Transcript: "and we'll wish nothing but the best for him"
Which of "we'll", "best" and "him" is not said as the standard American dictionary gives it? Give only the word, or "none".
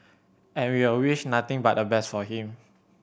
we'll